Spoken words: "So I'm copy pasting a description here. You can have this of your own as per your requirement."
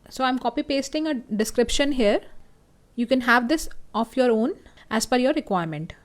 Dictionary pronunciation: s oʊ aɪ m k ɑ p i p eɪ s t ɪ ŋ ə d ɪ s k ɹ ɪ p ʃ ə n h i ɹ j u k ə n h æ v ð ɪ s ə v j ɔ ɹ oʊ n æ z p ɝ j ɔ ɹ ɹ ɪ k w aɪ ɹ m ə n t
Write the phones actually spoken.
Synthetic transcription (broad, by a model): s oʊ aɪ m k ɑ p i p eɪ s t ɪ ŋ ə d ɪ s k ɹ ɪ p ʃ ə n h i ɹ j u k ə n h æ v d ɪ s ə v j ɔ ɹ oʊ n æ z f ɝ j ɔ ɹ ɹ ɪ k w aɪ ɹ m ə n t